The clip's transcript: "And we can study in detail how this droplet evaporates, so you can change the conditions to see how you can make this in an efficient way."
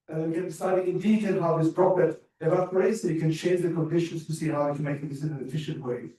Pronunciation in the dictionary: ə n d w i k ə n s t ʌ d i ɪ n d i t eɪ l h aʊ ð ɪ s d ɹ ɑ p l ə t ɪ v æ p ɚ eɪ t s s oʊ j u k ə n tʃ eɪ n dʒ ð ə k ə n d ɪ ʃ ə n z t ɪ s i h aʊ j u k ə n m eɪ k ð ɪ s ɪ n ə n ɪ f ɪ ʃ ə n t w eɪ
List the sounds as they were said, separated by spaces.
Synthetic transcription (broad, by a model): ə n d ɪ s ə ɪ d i ɪ n d i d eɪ n h aʊ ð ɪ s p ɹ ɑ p ə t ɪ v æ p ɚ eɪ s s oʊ k ə n tʃ eɪ n dʒ ð ə k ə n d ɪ ʃ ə n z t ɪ s i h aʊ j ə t m eɪ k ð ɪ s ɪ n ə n ɪ f ɪ ʃ ə n t w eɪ